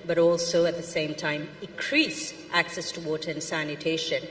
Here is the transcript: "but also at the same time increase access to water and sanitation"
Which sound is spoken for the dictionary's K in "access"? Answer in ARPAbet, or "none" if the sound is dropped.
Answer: K